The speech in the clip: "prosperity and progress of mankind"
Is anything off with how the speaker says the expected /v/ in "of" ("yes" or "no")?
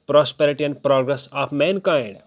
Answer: yes